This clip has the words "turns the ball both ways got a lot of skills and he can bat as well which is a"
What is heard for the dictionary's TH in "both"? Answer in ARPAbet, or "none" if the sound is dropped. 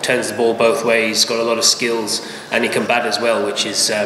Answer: TH